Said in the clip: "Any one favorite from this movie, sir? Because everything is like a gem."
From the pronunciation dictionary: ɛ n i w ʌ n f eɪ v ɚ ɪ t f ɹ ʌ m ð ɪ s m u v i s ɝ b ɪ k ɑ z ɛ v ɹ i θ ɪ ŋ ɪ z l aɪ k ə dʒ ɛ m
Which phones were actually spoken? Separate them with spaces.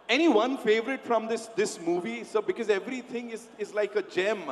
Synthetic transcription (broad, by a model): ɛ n i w ʌ n f eɪ v ɚ ɪ t f ɹ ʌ m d ɪ s m u v i s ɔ b ɪ k ɑ z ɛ v ɹ i t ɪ ŋ ɪ z l aɪ k ə dʒ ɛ m